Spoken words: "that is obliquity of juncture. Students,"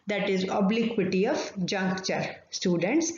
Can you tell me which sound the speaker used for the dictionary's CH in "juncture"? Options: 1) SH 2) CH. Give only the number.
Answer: 2